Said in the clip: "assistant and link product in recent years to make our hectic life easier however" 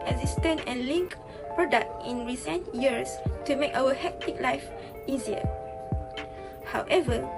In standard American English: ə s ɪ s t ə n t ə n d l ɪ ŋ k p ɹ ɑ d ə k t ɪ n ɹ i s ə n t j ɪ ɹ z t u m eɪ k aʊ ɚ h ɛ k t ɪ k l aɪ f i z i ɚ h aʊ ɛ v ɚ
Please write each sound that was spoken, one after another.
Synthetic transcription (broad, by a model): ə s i s t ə n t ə n l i ŋ k p ɹ ɑ d ə k t ɪ n ɹ i s ə n t j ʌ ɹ s t u m eɪ k aʊ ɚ h ɛ k t ɪ k l aɪ f i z i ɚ h aʊ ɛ v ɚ